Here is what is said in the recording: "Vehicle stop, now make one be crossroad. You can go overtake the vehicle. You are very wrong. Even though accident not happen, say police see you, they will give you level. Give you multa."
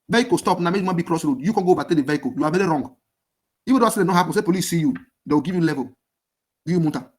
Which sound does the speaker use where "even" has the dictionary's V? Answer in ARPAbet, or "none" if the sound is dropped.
F